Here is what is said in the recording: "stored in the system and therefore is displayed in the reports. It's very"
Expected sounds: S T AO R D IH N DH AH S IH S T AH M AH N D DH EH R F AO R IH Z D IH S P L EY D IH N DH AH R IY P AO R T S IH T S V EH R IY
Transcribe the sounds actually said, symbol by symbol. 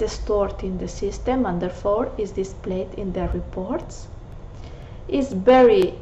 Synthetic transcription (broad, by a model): S T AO R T IH N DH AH S IH S T AH M AH N D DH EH R F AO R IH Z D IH S P L EY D IH N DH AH R IY P AO R T S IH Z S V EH R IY